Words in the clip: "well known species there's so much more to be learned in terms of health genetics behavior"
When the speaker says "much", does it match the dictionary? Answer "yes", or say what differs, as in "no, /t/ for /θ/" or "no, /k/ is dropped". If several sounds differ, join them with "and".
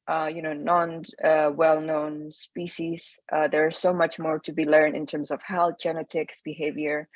yes